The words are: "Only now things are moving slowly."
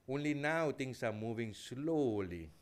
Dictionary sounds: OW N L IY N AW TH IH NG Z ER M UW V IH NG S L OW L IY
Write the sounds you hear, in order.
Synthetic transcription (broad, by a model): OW N L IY N AW T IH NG S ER M UW V IH NG S L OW L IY